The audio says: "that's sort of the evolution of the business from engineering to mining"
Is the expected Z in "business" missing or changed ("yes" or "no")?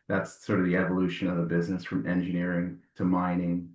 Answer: no